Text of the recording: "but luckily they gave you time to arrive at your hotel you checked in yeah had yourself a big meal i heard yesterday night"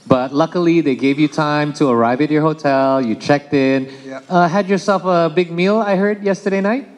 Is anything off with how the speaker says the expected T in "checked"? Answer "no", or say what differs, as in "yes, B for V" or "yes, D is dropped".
no